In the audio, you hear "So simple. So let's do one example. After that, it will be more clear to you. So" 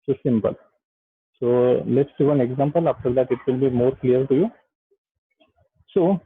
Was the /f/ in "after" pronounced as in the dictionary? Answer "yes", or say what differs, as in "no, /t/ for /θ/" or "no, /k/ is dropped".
no, /p/ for /f/